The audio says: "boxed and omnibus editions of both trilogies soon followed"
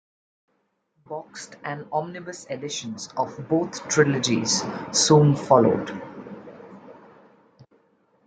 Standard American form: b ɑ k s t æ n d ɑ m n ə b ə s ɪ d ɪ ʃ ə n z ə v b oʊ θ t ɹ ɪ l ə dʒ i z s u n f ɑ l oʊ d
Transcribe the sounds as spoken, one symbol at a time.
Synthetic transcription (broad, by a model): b ɑ k s t æ n d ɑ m n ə b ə s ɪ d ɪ ʃ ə n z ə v b oʊ t t ɹ ɪ l ə dʒ i z s u n f ɑ l oʊ d